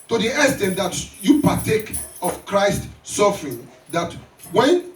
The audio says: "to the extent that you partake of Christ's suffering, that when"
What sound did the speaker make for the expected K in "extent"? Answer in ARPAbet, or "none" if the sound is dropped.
none